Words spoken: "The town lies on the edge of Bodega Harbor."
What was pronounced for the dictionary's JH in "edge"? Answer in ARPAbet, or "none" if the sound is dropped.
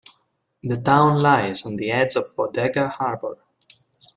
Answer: Z